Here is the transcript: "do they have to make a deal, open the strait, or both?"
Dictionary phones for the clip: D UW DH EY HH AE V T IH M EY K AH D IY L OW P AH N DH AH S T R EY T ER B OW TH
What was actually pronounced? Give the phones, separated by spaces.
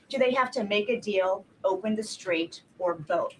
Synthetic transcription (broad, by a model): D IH DH EY HH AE F T IH M EY K AH D IY L OW P AH N DH AH S T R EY T ER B OW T